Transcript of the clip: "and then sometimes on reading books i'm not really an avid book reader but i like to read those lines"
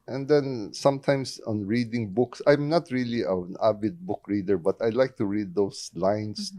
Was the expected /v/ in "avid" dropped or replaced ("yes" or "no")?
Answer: yes